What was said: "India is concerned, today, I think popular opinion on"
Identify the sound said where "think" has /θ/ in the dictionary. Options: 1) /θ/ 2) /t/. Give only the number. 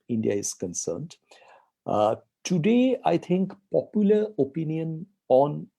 2